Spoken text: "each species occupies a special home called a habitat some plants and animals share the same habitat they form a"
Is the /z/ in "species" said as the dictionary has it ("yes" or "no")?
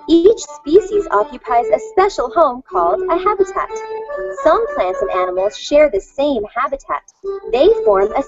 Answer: yes